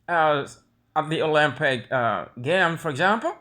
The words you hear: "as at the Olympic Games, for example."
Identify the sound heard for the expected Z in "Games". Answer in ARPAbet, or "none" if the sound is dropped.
none